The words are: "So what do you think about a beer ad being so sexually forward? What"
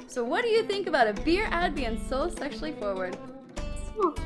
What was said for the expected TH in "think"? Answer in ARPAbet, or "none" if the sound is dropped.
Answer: TH